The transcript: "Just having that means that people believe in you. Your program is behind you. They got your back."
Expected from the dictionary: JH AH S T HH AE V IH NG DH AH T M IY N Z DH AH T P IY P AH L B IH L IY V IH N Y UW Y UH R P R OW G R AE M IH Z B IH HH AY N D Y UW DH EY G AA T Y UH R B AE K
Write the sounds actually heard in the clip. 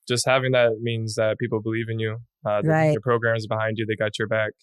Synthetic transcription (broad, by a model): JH AH S T HH AE V IH NG DH AH T M IY N Z DH AH T P IY P L B IH L IY V IH N Y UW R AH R P R OW G R AE M Z B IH HH AY N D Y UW DH EY G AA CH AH R B AE K